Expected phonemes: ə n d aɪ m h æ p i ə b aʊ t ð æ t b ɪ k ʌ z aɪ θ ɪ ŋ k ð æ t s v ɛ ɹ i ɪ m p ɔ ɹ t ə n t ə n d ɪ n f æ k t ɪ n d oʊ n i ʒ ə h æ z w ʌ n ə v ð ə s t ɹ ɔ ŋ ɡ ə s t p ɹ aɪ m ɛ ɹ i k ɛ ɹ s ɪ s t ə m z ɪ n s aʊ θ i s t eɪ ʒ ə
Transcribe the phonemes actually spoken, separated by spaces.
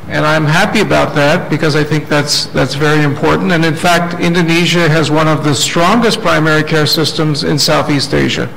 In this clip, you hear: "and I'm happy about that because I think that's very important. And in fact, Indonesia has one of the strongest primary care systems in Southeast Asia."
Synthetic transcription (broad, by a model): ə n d aɪ m h æ p i ə b aʊ t ð æ t b ɪ k ʌ z aɪ θ ɪ ŋ k ð æ t s v ɛ ɹ i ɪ m p ɔ ɹ t n t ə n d ɪ n f æ k t ɪ n d oʊ n i ʒ ə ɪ z w ʌ n ə v ð ə s t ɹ ɔ ŋ ɡ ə s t p ɹ aɪ m ɛ ɹ i k ɛ ɹ s ɪ s t ə m z ɪ n s aʊ θ i s t eɪ ʒ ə